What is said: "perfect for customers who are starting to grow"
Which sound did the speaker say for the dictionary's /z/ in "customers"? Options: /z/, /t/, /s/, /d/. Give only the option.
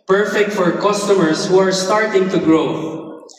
/s/